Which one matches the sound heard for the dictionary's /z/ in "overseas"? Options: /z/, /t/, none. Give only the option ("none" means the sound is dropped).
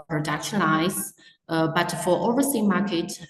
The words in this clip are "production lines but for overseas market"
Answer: none